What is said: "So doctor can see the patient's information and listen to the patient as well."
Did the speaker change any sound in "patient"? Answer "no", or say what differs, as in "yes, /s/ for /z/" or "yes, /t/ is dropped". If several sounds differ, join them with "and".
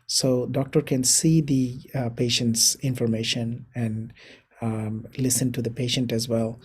no